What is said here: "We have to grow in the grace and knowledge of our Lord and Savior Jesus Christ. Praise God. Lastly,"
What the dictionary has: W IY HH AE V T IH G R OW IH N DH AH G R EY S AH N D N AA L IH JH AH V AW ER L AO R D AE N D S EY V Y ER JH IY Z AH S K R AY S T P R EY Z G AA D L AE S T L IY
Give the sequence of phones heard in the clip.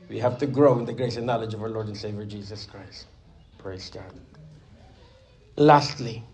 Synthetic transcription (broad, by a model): W IY HH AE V T IH G R OW IH N DH AH G R EY S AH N N AA L IH JH AH V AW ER L AO R D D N S EY V Y ER JH IY Z AH S K R AY S T P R EY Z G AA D L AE S T L IY